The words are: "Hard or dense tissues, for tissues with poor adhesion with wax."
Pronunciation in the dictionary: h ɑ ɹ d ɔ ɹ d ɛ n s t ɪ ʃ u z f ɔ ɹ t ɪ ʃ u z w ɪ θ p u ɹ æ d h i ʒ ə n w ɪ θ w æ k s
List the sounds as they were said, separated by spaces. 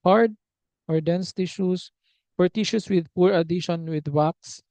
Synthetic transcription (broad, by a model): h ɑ ɹ d ɔ ɹ d ɛ n s t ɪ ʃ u s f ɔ ɹ t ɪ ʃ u s w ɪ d p u ɹ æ d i ʃ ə n w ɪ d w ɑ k s